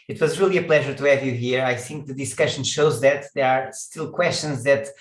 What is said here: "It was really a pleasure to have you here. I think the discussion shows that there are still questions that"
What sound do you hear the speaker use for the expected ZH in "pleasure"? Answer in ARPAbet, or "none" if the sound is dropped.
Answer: ZH